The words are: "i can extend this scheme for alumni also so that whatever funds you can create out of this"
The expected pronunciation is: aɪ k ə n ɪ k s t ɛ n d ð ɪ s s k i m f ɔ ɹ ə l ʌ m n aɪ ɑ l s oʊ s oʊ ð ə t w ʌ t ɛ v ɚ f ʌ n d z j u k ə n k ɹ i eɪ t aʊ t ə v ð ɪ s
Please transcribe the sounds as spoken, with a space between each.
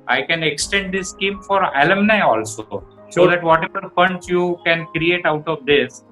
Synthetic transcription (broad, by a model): aɪ k ə n ɪ k s t ɛ n d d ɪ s s k i m f ɔ ɹ ə l ʌ m n aɪ ɑ l s oʊ s oʊ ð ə t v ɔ t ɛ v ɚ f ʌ n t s j u k ə n k ɹ i eɪ t aʊ t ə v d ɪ s